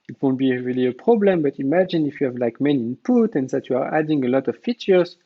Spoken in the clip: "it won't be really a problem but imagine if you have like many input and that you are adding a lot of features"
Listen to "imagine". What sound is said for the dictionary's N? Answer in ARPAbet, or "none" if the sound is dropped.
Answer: N